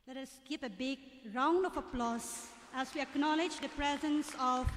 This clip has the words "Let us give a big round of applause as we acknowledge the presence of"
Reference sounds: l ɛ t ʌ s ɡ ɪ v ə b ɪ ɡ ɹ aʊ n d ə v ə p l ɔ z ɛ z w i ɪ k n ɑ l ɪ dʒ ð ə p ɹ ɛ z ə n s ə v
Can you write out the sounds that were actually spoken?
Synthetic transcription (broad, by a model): l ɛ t ʌ s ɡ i p ə b ɪ ɡ ɹ aʊ n d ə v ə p l ɔ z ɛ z w i ɪ k n ɑ l ɪ dʒ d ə p ɹ ɛ z ə n s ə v